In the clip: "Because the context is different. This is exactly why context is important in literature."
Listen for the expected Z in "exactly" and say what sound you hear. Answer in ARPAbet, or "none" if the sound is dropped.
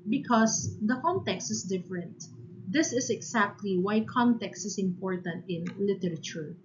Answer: S